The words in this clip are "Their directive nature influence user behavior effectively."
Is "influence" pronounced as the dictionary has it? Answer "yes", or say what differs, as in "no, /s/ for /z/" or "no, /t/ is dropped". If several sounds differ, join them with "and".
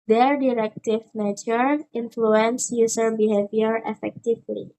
yes